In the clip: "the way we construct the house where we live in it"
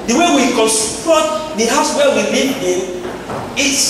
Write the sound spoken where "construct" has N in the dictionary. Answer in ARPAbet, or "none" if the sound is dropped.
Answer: none